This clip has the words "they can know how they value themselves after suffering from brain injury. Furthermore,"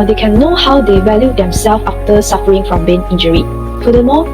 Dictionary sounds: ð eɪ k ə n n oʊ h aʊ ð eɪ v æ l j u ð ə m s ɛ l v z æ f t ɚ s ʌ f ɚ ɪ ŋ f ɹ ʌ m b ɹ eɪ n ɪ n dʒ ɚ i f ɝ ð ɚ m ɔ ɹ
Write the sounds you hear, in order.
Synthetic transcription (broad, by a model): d eɪ k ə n n oʊ h aʊ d eɪ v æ l j u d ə m s ɛ l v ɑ f t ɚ s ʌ f ɚ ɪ ŋ f ɹ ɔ m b eɪ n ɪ n dʒ ɚ i f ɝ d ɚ m ɔ